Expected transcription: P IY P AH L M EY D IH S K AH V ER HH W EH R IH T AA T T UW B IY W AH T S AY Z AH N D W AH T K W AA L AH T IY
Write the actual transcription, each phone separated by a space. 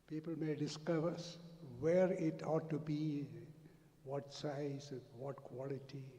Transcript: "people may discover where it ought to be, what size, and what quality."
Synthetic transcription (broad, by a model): P IY P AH L M EY D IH S K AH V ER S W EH R IH T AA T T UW B IY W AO T S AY AH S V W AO T K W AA L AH T IY